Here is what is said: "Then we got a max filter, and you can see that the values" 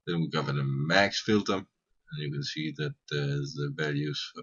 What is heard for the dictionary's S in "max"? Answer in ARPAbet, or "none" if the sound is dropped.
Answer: S